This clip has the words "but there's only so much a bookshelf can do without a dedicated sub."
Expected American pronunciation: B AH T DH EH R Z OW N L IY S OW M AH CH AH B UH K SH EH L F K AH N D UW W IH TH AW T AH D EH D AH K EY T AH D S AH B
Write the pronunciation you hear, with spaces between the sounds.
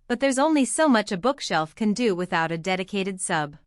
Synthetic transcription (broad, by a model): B AH T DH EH R Z OW N L IY S OW M AH CH AH B UH K SH EH L F K AH N D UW W IH TH AW T AH D EH D AH K EY T AH D S AH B